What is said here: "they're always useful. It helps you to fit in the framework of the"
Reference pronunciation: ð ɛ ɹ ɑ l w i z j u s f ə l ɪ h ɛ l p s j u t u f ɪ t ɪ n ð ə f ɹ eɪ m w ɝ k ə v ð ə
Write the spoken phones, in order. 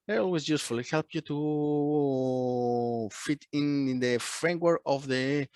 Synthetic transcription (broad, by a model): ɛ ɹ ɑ l w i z j u s f ə l ɪ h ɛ l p j u t u f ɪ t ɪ n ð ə f ɹ eɪ m w ɝ k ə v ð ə